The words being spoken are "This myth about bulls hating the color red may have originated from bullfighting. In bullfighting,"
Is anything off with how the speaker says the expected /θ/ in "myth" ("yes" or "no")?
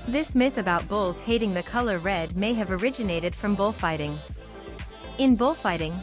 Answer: no